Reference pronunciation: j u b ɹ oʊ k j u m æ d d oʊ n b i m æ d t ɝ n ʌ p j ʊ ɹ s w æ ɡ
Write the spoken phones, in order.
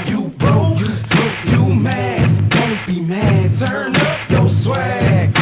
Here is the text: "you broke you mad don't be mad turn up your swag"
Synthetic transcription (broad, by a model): j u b oʊ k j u m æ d d oʊ n b i m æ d t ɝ n ʌ p j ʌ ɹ s w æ